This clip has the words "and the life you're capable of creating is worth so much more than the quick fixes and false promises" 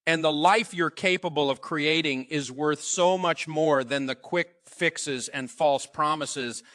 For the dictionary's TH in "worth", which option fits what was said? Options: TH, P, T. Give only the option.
TH